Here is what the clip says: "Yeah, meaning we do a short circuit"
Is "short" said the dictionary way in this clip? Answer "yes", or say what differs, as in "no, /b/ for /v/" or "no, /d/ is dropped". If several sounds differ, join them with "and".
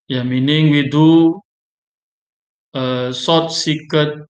no, /s/ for /ʃ/